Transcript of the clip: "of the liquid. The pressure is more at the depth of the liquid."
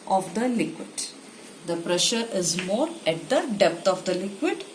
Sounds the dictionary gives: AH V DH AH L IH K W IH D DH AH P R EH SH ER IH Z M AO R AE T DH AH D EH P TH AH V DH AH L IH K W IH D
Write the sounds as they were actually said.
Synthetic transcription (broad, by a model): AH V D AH L IH K W IH D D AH P R EH SH ER IH Z M AO R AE T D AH D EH P T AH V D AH L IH K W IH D